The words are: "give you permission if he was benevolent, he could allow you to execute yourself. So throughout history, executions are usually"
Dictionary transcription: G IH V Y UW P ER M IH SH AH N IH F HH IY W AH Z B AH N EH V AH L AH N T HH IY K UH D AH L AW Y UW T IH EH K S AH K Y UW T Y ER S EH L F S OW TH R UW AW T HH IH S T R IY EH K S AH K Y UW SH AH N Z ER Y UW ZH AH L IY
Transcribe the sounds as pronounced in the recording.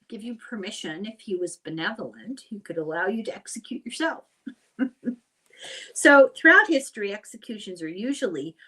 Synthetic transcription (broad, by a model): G IH V Y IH P ER M IH SH AH N IH F HH IY W AH Z B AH N EH V L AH N T HH IY K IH D AH L AW Y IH T IH EH K S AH K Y UW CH ER S EH L F S OW TH R UW AW T HH IH S T R IY EH K S AH K Y UW SH AH N Z ER Y UW ZH L IY